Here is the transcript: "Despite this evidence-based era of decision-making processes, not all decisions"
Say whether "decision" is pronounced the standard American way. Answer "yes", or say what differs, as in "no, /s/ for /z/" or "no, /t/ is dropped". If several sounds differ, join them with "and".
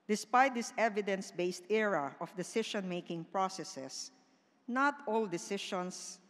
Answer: no, /ʃ/ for /ʒ/